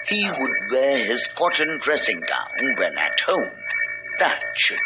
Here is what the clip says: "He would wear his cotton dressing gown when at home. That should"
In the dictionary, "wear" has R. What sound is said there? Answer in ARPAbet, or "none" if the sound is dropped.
R